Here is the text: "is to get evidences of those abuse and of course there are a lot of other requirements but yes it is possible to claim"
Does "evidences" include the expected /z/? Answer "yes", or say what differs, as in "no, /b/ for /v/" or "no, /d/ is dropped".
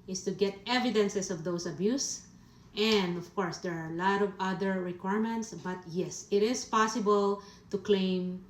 no, /s/ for /z/